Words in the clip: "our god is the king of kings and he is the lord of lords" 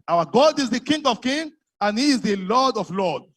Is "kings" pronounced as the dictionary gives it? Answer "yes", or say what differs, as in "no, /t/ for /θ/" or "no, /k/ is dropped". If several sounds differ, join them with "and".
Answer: no, /z/ is dropped